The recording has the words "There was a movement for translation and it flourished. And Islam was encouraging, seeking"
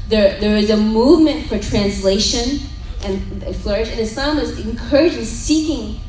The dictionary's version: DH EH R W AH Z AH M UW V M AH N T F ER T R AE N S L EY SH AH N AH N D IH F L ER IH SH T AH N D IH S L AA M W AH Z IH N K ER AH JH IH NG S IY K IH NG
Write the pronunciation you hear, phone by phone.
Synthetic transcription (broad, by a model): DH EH R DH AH Z AH M UW V M AH N T F ER T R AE N S L EY SH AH N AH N IH F L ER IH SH AH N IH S AA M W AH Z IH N K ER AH JH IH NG S IY K IH NG